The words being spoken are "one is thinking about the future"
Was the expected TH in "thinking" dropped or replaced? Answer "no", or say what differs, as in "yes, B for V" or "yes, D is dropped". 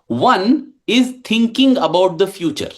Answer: yes, T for TH